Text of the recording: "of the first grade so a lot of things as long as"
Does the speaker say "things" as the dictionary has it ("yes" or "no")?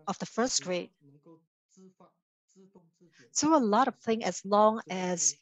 no